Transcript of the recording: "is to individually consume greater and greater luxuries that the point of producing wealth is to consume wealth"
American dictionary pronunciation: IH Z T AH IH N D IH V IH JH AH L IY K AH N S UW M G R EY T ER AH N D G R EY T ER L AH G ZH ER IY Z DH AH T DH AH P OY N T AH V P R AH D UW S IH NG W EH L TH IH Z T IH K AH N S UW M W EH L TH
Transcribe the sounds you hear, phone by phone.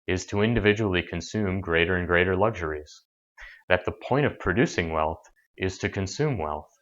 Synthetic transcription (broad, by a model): IH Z T AH IH N D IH V IH JH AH L IY K AH N S UW M G R EY T ER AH N G R EY T ER L AH G ZH ER IY Z DH AH T DH AH P OY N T AH V P R AH D UW S IH NG W EH L TH IH Z T IH K AH N S UW M W EH L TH